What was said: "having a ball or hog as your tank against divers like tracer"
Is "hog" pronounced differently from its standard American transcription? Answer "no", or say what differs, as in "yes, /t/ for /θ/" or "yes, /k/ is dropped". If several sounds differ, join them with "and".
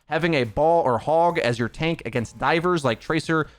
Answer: no